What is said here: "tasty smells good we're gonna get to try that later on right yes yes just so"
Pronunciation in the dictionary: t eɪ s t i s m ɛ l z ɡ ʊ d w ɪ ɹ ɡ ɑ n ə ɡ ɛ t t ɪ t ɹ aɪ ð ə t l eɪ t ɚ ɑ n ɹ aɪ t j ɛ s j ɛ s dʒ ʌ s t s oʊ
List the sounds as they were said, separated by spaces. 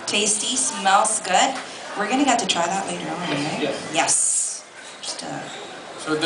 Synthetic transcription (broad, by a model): t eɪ s i s m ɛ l s ɡ ʊ d w ɪ ɹ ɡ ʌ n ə ɡ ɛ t t ɪ t ɹ aɪ ð ə t l eɪ t ɚ ɑ n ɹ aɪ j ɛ j ɛ s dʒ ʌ s t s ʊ